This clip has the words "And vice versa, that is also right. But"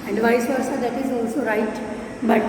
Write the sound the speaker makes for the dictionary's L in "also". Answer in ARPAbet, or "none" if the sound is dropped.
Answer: L